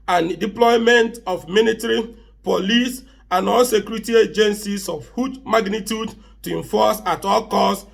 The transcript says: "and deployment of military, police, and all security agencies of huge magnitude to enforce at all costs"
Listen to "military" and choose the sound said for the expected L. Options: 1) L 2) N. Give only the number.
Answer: 2